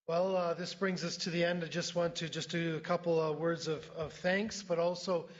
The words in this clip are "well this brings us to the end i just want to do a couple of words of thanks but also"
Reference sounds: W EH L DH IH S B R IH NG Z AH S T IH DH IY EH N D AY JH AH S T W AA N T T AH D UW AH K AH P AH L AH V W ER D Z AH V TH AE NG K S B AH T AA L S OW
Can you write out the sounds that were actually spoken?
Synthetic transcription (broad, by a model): W EH L DH IH S B R IH NG Z AH S T IH DH IY EH N D AY JH AH S T W AA N T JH AH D AH K AH P L W ER D Z AH V TH AE NG K S B AH T AA L S OW